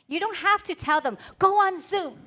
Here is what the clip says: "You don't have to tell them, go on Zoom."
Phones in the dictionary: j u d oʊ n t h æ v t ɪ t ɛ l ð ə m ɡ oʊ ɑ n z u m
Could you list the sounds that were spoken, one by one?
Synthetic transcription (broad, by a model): j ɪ d oʊ n t h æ f t ɪ t ɛ l ð ə m ɡ oʊ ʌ n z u m